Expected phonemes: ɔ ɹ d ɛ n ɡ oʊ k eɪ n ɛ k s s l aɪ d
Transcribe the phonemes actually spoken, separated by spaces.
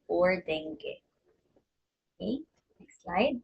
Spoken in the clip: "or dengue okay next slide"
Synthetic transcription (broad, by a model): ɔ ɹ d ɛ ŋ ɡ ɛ eɪ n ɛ k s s l aɪ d